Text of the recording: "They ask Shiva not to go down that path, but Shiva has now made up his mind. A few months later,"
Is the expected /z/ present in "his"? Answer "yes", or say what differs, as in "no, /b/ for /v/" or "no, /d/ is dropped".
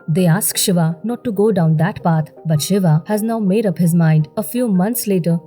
yes